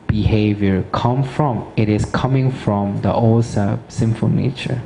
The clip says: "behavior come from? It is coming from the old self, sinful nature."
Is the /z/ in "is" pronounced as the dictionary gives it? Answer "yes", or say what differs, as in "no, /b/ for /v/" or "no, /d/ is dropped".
no, /s/ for /z/